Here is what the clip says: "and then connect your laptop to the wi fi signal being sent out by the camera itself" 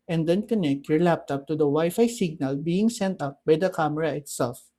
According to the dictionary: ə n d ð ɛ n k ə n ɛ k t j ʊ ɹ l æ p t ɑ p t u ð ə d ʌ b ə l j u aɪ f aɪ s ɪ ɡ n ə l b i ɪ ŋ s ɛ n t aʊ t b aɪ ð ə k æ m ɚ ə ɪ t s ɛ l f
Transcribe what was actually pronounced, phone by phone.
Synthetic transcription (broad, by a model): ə n d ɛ n k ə n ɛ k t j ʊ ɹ l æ p t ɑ p t u d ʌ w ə j f aɪ s ɪ ɡ n ə l b i ɪ ŋ s ɛ n t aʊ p b aɪ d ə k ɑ m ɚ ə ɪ t s ɛ l f